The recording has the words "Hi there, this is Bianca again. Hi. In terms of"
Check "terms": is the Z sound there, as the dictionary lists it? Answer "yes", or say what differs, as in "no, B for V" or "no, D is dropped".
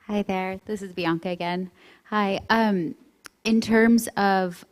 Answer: yes